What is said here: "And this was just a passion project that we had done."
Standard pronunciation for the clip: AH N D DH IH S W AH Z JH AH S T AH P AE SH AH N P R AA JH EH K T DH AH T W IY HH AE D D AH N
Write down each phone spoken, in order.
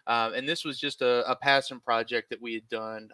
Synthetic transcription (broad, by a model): AH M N DH IH S W AH Z JH AH S T AH P AE S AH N P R AA JH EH K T DH AH T W IY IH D D AH N